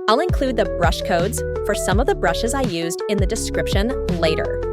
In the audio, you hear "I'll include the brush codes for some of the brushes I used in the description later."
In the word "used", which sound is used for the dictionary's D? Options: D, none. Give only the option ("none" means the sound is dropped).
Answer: D